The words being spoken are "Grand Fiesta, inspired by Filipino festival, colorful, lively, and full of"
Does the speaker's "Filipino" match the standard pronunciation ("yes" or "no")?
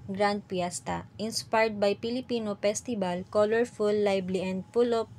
no